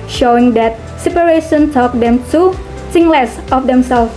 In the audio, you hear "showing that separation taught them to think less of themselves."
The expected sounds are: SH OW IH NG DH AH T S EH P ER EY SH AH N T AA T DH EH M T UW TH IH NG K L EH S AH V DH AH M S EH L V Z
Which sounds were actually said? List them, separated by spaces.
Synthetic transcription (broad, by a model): SH OW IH NG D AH T S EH P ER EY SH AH N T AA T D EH M T UW S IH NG L EH S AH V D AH M S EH L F